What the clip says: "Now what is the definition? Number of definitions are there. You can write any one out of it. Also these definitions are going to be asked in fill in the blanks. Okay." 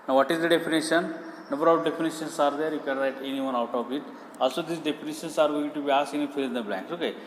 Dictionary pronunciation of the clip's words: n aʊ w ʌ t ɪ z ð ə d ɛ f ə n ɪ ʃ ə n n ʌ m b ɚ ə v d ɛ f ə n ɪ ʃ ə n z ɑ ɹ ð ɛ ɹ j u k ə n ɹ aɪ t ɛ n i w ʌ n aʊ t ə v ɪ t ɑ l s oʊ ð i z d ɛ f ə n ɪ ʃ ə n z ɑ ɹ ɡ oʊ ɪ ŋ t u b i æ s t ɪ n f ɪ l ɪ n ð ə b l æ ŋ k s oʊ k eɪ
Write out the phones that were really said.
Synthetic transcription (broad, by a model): n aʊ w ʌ t ɪ z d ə d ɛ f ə n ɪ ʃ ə n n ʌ b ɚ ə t d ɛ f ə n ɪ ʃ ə n s ɑ ɹ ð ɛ ɹ j u k ə n ɹ aɪ t ɛ n i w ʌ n aʊ t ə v ɪ t ɑ l s oʊ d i s d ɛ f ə n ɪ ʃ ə n s ɑ ɹ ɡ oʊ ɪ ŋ t u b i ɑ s ɪ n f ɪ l ɪ n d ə b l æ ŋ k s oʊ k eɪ